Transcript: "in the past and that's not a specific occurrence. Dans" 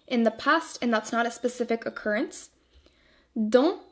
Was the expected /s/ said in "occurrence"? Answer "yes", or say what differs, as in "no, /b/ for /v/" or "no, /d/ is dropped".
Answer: yes